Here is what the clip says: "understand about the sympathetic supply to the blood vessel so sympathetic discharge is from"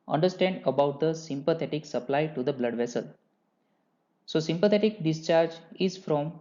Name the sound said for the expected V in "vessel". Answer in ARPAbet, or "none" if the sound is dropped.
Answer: V